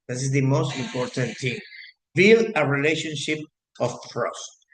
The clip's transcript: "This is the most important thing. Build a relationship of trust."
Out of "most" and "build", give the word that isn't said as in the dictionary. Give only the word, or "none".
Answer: build